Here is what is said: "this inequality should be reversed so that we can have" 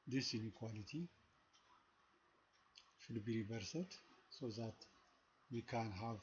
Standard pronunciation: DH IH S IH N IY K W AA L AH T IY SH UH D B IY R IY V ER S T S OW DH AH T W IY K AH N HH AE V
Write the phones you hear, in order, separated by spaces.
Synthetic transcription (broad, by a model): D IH S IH N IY K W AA L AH T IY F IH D B IY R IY B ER S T S OW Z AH T W IY K AH N HH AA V